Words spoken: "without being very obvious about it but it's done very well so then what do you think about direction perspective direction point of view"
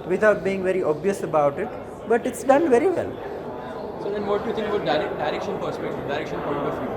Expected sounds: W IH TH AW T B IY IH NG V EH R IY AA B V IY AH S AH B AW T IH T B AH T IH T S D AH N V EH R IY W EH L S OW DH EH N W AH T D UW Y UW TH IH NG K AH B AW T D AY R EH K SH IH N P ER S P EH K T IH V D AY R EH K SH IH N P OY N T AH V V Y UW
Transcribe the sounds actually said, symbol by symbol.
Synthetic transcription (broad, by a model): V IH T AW T B IY IH NG V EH R IY AA B V IY AH S AH B AW T IH T B AH T IH T S D AH N V EH R IY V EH L S OW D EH N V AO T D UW Y UW T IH NG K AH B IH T D AY R EH K SH IH N P ER S P EH K T IH V D AY R EH K SH IH N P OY T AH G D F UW